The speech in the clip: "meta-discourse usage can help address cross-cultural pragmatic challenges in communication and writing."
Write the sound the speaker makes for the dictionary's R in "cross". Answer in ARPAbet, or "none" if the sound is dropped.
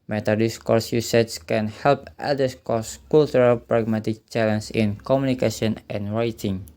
none